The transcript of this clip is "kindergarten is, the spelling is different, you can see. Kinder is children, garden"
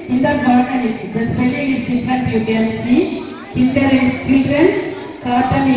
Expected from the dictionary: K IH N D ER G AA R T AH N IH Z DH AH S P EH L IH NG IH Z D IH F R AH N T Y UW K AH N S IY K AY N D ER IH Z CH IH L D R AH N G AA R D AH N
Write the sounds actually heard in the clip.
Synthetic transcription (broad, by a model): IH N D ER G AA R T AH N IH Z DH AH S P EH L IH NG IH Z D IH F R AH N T Y UW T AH L S IY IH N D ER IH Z CH IH L D R AH N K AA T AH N